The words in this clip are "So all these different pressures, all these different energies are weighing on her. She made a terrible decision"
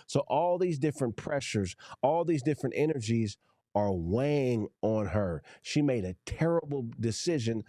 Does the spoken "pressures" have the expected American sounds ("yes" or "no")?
yes